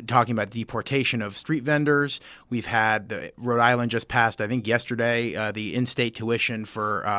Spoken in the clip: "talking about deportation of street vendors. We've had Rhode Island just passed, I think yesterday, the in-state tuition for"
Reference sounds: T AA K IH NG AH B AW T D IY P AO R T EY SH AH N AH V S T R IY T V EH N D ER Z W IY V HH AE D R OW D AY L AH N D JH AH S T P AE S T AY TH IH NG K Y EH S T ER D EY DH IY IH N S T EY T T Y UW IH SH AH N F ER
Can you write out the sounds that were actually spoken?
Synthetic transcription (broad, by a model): T AA K IH NG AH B AW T D IY P AO R T EY SH AH N AH V S T R IY T V EH N D ER Z W IY V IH D R OW D AY L AH N D JH AH S P AE S T AY TH IH NG K Y EH S T ER D EY DH IY IH N S T EY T T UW IH SH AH N F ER